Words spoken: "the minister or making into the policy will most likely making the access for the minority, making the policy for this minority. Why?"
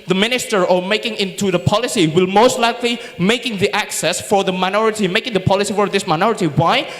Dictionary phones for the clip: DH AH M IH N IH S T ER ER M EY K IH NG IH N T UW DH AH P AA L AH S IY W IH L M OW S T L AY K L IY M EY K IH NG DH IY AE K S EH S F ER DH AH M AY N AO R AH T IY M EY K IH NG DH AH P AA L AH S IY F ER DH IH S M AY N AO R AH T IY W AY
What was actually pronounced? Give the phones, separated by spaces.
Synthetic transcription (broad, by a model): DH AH M IH N IH S T ER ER M EY K IH NG IH N T UW DH AH P AA L AH S IY W IH L M OW S T L AY K L IY M EY K IH NG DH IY AE K S EH S F ER DH AH M AY N AO R AH T IY M EY K IH NG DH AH P AA L AH S IY F ER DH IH S M AY N AO R AH T IY W AY